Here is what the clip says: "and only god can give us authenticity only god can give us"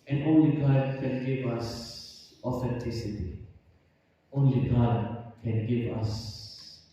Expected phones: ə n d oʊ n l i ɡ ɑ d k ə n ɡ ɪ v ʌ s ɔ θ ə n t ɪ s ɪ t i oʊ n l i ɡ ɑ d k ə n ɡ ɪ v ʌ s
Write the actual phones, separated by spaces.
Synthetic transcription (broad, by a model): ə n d oʊ n l i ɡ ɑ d k ə n ɡ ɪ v ʌ s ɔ f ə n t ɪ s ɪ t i oʊ n l i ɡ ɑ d k ə n ɡ ɪ v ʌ s